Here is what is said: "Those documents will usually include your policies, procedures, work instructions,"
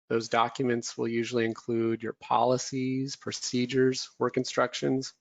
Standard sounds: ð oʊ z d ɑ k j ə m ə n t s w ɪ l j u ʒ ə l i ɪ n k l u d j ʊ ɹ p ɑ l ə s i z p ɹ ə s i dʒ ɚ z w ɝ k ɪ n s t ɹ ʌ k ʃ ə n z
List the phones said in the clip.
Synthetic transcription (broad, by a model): ð oʊ z d ɑ k j ə m ə n t s w ɪ l j u ʒ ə l i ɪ n k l u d j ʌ ɹ p ɑ l ə s i z p ɹ ə s i dʒ ɚ z w ɝ k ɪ n s t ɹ ʌ k ʃ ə n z